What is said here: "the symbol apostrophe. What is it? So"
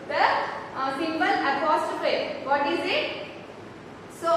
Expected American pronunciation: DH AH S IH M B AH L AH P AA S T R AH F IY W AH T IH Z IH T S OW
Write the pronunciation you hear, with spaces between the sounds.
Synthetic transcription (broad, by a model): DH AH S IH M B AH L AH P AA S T AH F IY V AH T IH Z IH T S OW